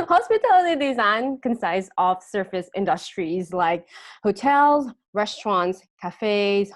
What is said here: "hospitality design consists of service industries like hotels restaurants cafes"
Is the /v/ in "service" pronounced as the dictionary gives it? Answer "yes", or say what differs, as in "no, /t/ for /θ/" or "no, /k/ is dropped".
no, /f/ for /v/